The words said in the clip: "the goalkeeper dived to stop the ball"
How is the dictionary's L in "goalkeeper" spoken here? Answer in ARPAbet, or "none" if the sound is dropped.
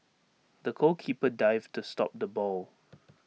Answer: none